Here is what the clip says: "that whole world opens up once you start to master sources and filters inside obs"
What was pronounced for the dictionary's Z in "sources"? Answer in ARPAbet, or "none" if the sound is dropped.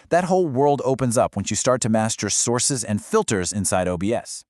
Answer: Z